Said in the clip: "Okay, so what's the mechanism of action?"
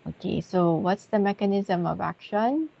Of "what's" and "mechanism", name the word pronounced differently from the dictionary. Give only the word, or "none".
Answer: none